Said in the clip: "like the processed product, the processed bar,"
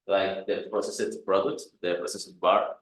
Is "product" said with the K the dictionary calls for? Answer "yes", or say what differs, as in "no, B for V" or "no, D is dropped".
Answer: no, K is dropped